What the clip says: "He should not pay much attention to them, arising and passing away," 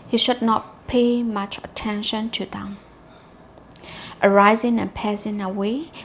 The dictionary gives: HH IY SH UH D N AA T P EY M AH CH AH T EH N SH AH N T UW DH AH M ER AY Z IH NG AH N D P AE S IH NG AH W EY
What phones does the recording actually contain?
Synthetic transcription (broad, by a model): HH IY SH UH D N AA T P EY M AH CH AH T EH N SH AH N T UW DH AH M ER AY Z IH NG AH N P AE S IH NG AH W EY